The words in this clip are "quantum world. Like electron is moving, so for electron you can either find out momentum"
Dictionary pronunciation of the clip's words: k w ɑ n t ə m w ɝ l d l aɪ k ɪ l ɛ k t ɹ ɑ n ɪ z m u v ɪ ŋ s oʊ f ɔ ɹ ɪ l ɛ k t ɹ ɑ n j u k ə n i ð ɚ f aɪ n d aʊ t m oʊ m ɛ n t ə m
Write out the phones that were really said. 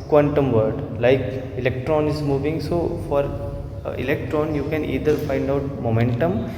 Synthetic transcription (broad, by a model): k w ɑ n t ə m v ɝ d l aɪ k ɪ l ɛ k t ɹ ɑ n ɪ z m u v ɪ ŋ s oʊ f ɔ ɹ ɪ l ɛ k t ɹ ɑ n j u k ə n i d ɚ f aɪ n d aʊ t m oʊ m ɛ n t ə m